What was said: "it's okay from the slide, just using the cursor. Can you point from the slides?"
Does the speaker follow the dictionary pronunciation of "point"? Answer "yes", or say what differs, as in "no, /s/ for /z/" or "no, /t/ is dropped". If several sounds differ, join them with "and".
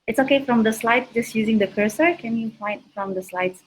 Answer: no, /f/ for /p/